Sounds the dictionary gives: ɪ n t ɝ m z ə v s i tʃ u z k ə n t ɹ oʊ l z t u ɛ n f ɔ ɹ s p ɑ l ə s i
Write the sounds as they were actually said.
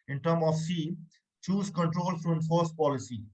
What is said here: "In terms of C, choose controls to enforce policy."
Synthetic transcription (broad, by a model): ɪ n t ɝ m ə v s i tʃ u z k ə n t ɹ oʊ l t t u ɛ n f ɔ ɹ s p ɑ l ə s i